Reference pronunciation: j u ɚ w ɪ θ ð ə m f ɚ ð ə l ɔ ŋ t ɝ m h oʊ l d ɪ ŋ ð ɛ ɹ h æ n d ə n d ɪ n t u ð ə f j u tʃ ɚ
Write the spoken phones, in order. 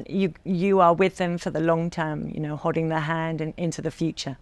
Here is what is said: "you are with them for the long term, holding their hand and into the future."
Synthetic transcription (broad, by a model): j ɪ ɚ w ɪ ð ə m f ɚ ð ə l ɔ ŋ t ɝ m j oʊ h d ɪ ŋ ð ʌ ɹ h æ n d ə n ɪ n t u ð ə f j u tʃ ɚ